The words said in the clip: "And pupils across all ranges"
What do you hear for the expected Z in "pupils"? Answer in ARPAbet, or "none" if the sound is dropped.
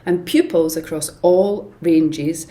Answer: Z